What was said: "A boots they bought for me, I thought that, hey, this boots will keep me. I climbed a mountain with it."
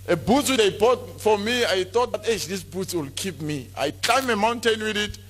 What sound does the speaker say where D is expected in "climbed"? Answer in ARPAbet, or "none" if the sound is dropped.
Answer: none